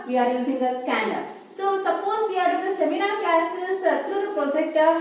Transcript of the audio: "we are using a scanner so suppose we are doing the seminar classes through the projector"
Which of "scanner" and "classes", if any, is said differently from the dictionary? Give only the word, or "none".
classes